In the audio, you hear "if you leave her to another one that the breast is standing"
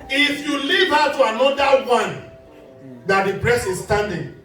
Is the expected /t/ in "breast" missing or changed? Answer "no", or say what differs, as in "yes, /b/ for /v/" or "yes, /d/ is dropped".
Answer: yes, /t/ is dropped